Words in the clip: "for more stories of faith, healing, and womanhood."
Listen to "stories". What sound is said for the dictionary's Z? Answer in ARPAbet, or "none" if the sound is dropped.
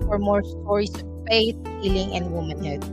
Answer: S